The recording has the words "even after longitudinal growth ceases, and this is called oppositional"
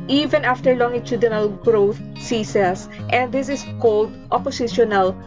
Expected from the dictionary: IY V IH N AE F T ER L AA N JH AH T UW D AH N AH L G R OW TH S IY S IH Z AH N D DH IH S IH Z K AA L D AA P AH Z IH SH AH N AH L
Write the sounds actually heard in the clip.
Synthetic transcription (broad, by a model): IY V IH N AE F T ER L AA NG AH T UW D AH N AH L G R OW T S IY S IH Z AH N D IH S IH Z K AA L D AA P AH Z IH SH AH N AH L